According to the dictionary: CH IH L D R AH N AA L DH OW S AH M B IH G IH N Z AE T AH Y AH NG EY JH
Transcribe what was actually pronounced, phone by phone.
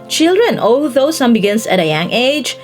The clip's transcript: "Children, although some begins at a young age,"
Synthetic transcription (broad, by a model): CH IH L D R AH N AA L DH OW S AH M B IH G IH N S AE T AH Y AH NG EY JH